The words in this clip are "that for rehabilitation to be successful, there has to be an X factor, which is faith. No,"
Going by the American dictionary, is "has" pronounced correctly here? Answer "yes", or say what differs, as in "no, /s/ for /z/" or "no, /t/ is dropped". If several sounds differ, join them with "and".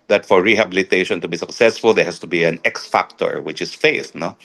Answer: no, /s/ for /z/